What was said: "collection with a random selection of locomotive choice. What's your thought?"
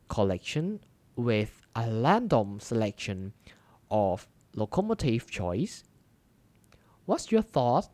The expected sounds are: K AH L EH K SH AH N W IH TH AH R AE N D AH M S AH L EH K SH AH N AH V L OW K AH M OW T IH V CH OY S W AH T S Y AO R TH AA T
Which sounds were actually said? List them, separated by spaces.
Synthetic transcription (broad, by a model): K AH L EH K SH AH N W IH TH AH L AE N D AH M S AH L EH K SH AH N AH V L OW K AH M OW T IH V CH OY S W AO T S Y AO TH AA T